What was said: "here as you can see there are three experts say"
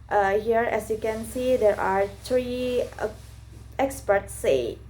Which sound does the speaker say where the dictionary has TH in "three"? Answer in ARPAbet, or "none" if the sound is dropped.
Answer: T